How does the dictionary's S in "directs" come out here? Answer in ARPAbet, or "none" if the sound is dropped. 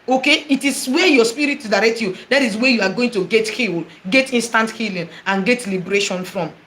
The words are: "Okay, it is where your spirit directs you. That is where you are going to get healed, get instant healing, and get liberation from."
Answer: none